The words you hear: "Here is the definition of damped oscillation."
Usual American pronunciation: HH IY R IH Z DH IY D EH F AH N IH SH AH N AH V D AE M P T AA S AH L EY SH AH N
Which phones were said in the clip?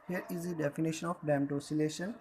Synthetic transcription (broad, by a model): HH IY R IH Z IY D EH F AH N IH SH AH N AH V D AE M T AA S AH L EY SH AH N